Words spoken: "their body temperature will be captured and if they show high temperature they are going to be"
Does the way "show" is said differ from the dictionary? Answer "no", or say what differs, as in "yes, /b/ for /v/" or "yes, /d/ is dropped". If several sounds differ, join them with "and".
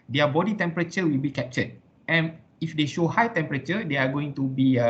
no